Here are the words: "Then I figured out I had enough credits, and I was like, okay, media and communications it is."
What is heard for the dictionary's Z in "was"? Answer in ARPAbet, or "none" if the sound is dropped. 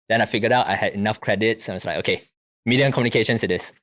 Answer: S